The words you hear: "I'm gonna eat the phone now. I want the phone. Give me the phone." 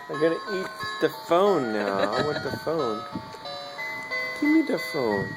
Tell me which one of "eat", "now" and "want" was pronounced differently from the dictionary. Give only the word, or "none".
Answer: want